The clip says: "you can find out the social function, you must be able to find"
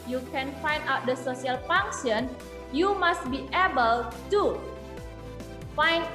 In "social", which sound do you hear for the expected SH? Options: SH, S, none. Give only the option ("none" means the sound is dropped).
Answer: S